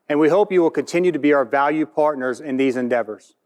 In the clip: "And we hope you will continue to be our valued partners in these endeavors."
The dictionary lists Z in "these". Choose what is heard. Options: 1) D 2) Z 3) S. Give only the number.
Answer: 2